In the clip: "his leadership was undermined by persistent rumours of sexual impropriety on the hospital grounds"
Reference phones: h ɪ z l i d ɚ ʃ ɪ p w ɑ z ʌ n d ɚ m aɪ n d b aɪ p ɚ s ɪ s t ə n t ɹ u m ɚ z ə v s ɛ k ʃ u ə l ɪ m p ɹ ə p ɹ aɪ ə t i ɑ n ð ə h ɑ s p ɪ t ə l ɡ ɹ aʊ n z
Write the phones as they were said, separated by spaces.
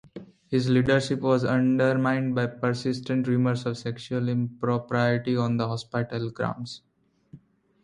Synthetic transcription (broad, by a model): h ɪ z l i d ɚ ʃ ɪ p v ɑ z ʌ n d ɚ m aɪ n d b aɪ p ɚ s ɪ s t ə n t ɹ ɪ m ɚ s ə v s ɛ k ʃ u ə l ɪ m p ɹ ə p ɹ aɪ ə t i ɑ n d ə h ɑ s p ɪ t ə l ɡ ɹ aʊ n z